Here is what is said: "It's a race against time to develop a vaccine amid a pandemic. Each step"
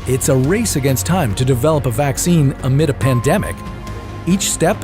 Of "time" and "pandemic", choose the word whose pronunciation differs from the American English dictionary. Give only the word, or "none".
none